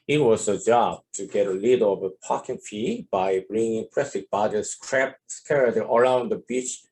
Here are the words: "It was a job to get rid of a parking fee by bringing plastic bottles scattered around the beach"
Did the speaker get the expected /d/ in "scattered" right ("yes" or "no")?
no